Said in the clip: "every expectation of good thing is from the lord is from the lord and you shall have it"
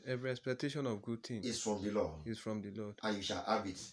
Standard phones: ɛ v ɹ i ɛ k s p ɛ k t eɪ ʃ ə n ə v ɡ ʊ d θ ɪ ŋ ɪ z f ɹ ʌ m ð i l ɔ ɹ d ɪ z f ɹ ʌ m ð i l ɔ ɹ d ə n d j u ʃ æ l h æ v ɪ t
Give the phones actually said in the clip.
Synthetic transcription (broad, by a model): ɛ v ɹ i ɛ k s p ɛ k t eɪ ʃ ə n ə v ɡ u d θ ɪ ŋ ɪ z f ɹ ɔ m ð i l ɔ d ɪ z f ɹ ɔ m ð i l ɔ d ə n j u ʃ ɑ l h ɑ b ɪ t